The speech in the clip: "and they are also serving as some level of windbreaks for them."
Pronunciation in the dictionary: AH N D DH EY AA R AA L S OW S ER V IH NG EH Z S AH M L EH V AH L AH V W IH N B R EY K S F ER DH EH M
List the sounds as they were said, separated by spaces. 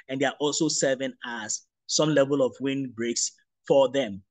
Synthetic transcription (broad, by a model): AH N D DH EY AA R AA L S OW S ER V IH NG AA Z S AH M L EH V AH L AH V W IH N B R EY K S F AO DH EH M